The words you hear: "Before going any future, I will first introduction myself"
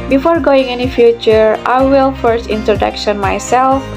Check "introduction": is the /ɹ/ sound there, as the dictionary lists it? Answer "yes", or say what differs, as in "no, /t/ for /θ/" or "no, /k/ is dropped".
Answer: yes